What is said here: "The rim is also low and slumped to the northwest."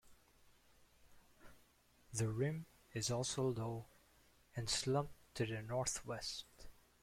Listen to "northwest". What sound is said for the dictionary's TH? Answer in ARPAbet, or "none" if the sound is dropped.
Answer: TH